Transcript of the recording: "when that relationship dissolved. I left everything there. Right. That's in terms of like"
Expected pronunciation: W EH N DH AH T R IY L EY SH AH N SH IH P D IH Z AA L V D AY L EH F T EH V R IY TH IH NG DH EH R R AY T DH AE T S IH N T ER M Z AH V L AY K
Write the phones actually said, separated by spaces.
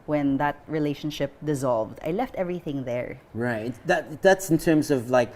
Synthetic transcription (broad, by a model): W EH N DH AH T R IY L EY SH AH N SH IH P D IH Z AA L V D AY L EH F T EH V R IY TH IH NG DH EH R R AY T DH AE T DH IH N T ER M Z AH V L AY K